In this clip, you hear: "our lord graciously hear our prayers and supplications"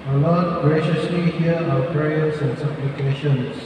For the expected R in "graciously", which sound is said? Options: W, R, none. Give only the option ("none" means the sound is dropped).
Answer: R